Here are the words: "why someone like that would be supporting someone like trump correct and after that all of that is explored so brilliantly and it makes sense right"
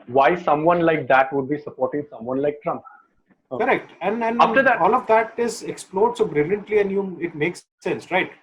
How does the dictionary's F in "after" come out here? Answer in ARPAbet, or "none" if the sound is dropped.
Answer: none